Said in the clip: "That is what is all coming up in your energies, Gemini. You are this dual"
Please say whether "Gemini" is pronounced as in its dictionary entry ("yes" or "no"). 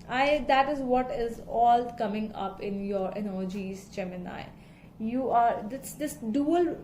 no